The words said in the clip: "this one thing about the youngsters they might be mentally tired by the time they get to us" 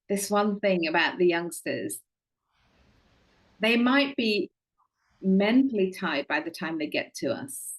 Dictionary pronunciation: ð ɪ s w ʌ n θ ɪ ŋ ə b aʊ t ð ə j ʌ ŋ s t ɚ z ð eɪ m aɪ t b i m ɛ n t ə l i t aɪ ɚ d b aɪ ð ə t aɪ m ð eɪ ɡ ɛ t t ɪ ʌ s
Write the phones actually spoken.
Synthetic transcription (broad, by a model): ð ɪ s w ʌ n θ ɪ ŋ ə b aʊ t ð ə j ʌ ŋ s t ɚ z ð eɪ m aɪ t b i m ɛ n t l i t aɪ d b aɪ ð ə t aɪ m ð eɪ ɡ ɛ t t ɪ ʌ s